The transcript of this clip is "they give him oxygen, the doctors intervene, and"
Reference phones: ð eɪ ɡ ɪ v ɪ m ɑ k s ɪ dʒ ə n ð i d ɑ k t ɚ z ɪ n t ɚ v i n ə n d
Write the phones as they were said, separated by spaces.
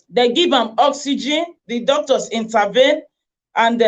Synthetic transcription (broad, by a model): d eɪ ɡ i v ɪ m ɑ k s ɪ dʒ ə n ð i d ɑ k t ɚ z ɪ n t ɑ v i n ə n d